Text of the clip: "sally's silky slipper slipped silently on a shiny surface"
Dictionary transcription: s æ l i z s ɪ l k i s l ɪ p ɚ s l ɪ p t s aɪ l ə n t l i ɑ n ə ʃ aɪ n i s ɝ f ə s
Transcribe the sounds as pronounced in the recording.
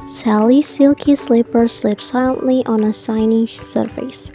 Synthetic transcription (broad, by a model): s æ l i s ɪ l k i s l ɪ p ɚ s l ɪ p s aɪ l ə n t l i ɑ n ə s aɪ n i s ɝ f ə s